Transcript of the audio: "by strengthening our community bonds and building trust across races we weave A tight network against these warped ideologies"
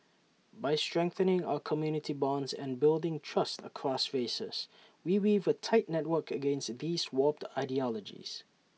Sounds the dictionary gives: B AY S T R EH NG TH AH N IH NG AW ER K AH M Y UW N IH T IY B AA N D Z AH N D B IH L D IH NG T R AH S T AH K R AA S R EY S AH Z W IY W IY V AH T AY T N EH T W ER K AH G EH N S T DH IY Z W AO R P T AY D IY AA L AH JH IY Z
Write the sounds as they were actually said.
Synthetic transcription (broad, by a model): B AY S T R EH NG TH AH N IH NG AW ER K AH M Y UW N IH T IY B AA N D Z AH N B IH L D IH NG T R AH S T AH K R AA S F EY S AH S W IY W IY V AH T AY T N EH T W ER K AH G EH N S T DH IY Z W AO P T AY D IY AA L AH JH IY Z